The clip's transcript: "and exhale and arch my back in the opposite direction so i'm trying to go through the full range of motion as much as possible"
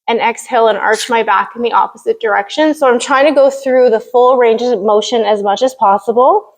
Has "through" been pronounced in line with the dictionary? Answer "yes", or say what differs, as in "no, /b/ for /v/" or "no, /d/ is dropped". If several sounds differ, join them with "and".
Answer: yes